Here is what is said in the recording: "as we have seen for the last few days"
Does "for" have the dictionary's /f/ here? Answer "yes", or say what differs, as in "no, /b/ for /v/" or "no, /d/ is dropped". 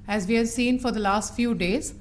yes